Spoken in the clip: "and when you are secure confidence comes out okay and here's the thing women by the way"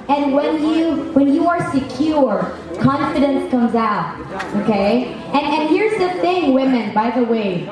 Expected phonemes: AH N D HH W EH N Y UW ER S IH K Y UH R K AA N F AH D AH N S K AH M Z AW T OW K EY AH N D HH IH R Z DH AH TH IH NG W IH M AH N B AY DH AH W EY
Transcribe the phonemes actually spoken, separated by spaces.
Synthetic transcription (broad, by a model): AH N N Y W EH N Y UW ER S IH K Y UH R K AA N F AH D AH N S K AH M Z AW T OW K EY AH N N HH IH R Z DH AH TH IH NG W IH M AH N B AY DH AH W EY